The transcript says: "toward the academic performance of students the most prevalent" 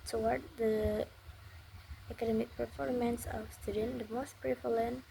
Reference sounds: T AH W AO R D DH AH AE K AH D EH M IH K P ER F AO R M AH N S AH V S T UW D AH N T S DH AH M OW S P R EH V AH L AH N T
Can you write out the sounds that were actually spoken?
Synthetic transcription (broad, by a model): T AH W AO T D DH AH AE K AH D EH M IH K P ER F AO R M AH N S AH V S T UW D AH N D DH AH M OW S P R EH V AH L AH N